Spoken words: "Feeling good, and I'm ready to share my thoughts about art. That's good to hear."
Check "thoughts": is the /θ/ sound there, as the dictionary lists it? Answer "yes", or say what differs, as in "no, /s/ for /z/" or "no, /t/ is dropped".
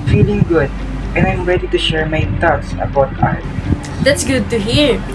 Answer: no, /t/ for /θ/